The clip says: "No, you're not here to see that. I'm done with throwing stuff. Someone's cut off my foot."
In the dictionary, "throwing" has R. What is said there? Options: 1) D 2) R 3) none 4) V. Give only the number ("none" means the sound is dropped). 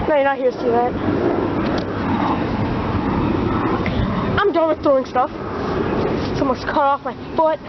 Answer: 3